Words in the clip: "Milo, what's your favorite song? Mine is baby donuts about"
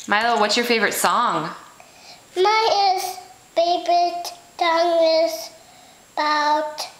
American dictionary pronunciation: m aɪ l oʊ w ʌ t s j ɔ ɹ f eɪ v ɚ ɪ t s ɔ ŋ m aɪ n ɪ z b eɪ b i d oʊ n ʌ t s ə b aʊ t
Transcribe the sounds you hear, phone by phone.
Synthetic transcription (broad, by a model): m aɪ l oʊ w ʌ t s j ɔ ɹ f eɪ v ɚ ɪ t s ɔ ŋ m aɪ ɪ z b eɪ b i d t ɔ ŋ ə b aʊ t